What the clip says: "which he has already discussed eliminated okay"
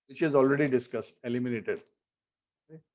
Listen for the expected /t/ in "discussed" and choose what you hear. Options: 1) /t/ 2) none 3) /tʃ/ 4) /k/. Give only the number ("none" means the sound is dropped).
1